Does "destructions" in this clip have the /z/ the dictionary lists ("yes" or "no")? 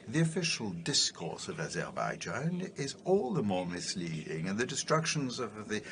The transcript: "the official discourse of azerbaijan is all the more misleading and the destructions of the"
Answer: yes